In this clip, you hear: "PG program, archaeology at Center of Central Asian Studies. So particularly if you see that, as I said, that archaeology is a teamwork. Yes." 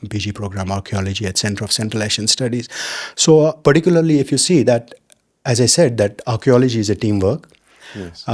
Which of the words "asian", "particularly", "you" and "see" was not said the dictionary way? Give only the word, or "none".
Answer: asian